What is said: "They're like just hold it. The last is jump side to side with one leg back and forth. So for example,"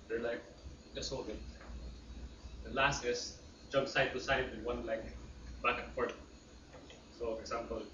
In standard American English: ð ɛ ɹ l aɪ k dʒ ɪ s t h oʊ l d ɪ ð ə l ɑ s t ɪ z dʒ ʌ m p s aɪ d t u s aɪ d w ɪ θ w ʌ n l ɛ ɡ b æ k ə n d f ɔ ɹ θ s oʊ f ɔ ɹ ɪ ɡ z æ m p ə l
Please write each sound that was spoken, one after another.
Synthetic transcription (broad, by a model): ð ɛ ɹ l aɪ k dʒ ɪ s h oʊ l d ɪ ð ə l ɑ s t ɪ s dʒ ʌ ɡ s aɪ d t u s aɪ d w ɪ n w ʌ n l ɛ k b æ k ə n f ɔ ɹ t s oʊ f ɔ ɹ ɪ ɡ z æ m p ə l